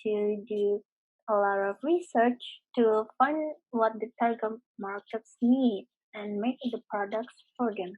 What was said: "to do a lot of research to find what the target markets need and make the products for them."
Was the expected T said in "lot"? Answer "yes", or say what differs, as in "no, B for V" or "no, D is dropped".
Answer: no, T is dropped